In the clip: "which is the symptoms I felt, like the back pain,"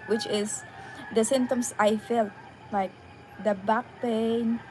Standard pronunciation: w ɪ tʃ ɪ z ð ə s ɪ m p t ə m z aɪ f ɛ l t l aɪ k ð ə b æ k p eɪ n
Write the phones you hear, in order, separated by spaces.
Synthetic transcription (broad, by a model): w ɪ tʃ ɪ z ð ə s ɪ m t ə m s aɪ f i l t l aɪ k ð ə b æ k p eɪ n